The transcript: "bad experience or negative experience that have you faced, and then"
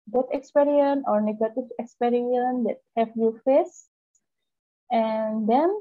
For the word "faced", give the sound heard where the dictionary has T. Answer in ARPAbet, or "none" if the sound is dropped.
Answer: none